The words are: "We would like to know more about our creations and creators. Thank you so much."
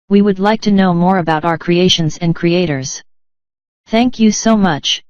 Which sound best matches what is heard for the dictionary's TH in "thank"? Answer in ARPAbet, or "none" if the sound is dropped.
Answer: TH